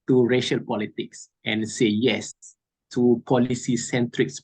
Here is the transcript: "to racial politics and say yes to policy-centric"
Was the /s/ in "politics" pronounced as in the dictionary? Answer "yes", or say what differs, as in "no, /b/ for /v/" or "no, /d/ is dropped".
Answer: yes